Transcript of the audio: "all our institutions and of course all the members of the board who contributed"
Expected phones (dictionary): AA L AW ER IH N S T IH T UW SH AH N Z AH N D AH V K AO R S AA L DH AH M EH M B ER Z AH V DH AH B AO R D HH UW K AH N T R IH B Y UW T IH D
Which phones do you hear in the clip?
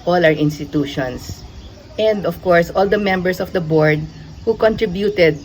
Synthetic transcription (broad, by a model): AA L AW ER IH N S T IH T UW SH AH N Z AH N D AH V K AO R S AA L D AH M EH M B ER S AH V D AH B AO R D HH UW K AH N T R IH B Y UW T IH D